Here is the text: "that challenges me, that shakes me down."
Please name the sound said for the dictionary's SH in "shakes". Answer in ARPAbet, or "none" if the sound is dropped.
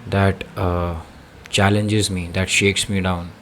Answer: SH